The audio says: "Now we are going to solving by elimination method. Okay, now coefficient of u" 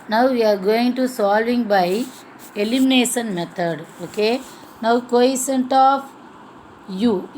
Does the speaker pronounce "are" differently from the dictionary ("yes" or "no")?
no